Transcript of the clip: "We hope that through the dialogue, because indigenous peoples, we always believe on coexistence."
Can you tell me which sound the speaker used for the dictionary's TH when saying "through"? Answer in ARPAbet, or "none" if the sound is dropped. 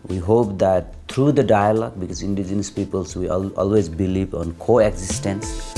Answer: T